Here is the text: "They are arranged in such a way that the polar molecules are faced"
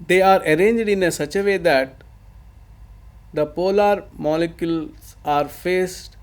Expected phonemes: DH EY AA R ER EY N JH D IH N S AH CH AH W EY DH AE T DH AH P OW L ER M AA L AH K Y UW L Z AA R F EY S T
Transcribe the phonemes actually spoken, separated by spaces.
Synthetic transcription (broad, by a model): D EY AA R ER EY N JH D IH N S AH CH AH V EY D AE T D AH P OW L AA M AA L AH K Y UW L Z AA R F EY S T